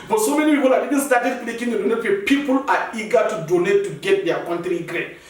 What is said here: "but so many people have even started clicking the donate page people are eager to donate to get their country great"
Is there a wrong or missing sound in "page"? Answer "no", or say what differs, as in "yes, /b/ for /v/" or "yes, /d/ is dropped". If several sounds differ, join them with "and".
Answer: yes, /f/ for /p/